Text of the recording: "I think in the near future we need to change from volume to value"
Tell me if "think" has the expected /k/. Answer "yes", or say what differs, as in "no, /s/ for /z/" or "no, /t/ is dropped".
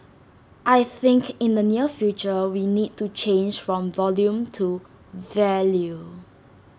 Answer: yes